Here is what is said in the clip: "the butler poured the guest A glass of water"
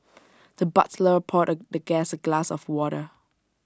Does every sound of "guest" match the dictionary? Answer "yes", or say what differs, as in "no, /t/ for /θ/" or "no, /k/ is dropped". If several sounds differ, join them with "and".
no, /t/ is dropped